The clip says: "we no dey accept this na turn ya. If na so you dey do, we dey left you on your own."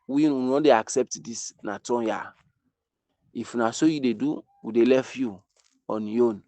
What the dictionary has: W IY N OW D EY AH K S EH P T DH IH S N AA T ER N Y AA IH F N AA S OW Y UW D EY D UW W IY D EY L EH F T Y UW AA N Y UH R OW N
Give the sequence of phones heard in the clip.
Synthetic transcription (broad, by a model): W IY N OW D EY AH K S EH P T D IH S N AA T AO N Y AA IH F N AA S OW Y UW D EY D UW W IY D EY L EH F Y UW AA N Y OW N